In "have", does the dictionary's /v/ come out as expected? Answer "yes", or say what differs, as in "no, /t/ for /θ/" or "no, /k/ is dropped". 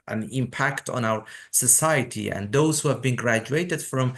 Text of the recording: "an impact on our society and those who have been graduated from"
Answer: yes